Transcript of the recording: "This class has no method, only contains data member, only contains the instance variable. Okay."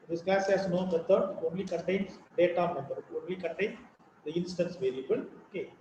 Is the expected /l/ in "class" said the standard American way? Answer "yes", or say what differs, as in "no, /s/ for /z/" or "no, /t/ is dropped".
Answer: no, /l/ is dropped